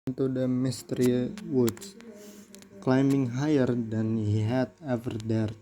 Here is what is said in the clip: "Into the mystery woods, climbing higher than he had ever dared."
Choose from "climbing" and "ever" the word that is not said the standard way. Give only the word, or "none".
none